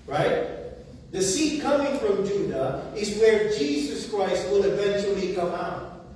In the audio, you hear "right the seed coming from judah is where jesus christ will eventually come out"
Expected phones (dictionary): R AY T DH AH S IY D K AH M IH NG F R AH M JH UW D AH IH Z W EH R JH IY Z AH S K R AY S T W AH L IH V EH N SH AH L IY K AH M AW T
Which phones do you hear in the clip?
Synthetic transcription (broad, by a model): R AY T DH AH S IY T K AH M IH NG F R AH M JH UW D AH IH Z W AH R JH IY Z AH S K R AY S T W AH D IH V EH N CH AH L IY K AH M AW T